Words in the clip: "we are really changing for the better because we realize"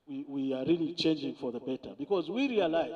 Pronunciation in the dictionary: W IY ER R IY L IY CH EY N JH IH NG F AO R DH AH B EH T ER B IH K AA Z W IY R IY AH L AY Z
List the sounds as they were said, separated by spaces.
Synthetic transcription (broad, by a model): W IY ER R IY L IY CH EY N JH IH NG F AO R DH AH B EH T ER B IH K AA Z W IY R IY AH L AY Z